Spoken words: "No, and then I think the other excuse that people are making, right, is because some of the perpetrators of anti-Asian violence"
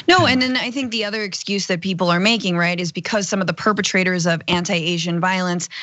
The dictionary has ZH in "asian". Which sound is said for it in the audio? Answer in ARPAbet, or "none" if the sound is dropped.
ZH